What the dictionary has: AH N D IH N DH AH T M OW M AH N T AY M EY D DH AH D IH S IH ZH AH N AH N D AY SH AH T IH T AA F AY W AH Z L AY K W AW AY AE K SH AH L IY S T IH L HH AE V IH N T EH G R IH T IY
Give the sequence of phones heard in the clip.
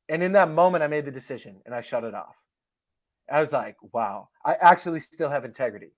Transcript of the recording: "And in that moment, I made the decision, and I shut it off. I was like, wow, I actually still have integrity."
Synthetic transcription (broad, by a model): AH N IH N DH AH T M OW M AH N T AY M EY D DH AH D IH S IH ZH AH N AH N AY SH AH T IH T AA F AY W AH Z L AY K W AW AY AE K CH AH L IY S T IH L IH V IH N T EH G R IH T IY